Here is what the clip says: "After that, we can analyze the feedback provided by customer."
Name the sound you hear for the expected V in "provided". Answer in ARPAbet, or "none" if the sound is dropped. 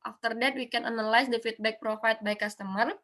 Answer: F